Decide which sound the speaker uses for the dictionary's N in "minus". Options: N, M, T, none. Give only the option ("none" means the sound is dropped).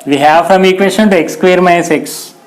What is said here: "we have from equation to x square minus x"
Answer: none